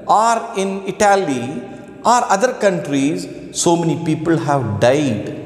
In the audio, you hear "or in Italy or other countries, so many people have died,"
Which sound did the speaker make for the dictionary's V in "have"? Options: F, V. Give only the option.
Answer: V